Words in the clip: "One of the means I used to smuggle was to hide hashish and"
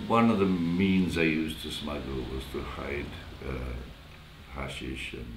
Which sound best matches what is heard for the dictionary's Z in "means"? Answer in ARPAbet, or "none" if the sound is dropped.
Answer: Z